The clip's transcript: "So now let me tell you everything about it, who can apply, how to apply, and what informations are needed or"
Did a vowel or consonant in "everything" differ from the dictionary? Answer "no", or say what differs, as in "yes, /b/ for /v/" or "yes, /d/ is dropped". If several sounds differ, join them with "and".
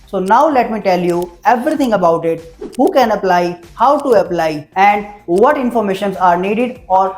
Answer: yes, /t/ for /θ/